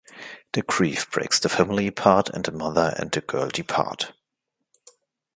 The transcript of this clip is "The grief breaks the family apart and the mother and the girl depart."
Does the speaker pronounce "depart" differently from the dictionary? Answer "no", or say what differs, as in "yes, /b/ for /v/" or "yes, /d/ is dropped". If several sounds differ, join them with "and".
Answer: no